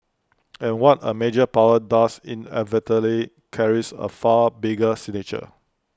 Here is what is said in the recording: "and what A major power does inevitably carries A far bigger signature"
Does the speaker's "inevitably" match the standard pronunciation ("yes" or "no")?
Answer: no